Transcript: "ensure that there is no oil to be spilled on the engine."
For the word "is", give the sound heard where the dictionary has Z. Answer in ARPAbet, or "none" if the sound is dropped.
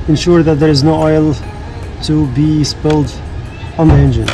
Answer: Z